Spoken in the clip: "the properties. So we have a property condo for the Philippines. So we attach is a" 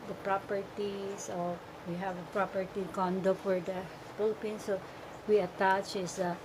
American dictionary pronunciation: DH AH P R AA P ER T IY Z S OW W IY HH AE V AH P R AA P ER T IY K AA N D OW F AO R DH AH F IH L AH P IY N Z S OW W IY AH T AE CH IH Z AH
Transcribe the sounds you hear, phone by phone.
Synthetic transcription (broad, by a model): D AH P R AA P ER T IY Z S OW W IY HH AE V AH P R AA P ER T IY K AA N D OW F AO R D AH P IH L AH P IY N S OW W IY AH T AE CH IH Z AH